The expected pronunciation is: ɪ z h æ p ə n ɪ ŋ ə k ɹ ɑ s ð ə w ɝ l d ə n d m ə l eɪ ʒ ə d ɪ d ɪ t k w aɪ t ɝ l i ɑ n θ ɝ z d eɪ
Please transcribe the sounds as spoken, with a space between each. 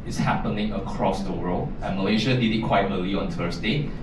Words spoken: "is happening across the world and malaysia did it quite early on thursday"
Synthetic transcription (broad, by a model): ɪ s h æ p ə n ɪ ŋ ə k ɹ ɑ s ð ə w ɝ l ə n m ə l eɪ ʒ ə d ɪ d ɪ t k w aɪ t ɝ l i ɑ n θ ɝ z d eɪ